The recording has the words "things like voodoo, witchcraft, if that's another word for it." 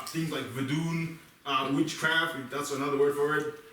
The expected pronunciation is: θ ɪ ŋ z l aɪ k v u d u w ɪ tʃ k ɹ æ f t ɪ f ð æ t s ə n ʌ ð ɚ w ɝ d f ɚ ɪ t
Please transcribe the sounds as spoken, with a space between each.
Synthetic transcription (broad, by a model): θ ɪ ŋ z l aɪ k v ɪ d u w ɪ tʃ k ɹ æ f t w ð æ t s ə n ʌ ð ɚ w ɝ d f ɚ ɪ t